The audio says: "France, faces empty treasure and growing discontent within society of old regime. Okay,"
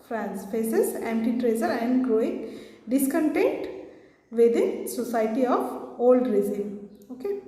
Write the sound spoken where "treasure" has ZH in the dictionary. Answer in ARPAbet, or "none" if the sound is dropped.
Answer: Z